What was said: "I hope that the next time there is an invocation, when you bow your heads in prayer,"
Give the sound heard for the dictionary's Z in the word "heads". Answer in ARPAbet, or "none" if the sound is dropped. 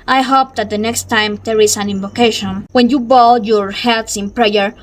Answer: S